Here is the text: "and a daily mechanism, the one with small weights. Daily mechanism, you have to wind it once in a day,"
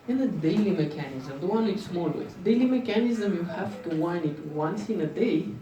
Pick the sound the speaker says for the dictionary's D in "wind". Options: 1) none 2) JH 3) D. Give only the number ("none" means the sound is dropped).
1